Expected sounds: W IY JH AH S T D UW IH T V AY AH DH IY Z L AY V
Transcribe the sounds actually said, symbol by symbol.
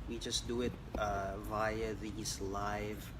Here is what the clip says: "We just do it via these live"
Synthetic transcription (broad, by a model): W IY JH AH S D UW IH T V AY AH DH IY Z L AY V